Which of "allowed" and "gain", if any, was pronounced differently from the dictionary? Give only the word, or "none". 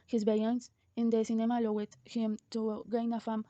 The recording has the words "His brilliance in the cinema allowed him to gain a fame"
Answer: allowed